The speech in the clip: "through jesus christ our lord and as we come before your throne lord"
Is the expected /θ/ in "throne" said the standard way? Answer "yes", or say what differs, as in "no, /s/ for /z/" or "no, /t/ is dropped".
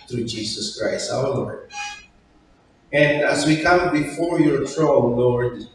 no, /t/ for /θ/